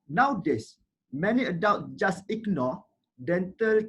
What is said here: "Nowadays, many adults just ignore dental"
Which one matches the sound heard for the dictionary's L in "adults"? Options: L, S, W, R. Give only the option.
W